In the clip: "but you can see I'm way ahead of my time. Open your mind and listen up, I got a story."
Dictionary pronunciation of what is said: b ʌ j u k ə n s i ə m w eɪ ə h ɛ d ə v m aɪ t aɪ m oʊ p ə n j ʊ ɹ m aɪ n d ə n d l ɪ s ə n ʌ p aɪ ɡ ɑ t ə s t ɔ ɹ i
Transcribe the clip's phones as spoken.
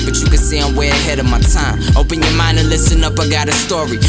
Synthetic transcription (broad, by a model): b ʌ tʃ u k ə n s i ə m w eɪ ə h ɛ d ə v m aɪ t aɪ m oʊ p ə n j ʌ ɹ m aɪ n d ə n l ɪ s ə n ʌ p aɪ ɡ ɑ t ə s t ɔ ɹ i